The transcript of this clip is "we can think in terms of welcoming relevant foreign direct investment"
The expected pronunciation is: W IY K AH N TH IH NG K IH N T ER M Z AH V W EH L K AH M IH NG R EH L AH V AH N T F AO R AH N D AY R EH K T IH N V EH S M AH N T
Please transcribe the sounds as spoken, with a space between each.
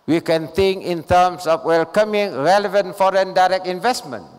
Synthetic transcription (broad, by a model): W IY K AH N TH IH NG K IH N T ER M S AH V W EH L K AH M IH NG R EH L AH V AH N T F AO R AH N D AY R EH K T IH N V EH S M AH N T